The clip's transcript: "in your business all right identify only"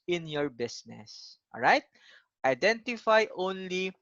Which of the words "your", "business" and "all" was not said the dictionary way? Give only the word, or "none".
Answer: business